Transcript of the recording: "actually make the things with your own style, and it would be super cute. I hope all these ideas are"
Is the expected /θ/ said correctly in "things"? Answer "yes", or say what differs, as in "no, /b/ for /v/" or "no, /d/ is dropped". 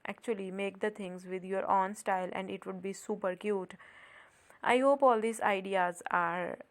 no, /t/ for /θ/